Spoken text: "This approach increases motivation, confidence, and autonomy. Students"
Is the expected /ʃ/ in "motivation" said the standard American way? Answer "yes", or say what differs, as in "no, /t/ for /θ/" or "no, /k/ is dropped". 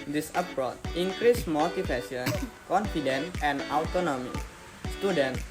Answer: no, /ʃ/ is dropped